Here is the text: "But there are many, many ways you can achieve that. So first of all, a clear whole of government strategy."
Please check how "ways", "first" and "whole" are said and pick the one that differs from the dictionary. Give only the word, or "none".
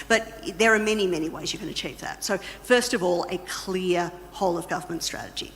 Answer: none